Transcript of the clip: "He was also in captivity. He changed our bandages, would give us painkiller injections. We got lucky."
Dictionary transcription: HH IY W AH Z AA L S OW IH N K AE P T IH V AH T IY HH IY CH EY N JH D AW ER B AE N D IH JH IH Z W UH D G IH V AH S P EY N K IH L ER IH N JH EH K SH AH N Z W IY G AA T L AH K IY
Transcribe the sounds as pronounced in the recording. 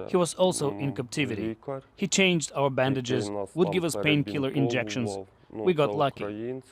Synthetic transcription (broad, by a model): HH IY W AH Z AA L S OW IH N K AE P T IH V AH T IY HH IY CH EY N JH D AW ER B AE N D IH JH IH Z W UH D G IH V AH S P EY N K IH L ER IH N JH EH K SH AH N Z W IY G AA T L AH K IY